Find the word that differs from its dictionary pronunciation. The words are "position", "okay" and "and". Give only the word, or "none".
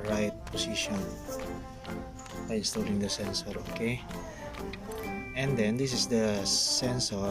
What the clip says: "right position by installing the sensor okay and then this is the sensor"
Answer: position